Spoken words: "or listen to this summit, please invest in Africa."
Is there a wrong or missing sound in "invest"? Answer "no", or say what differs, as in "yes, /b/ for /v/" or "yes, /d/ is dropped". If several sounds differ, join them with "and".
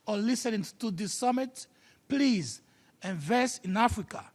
yes, /t/ is dropped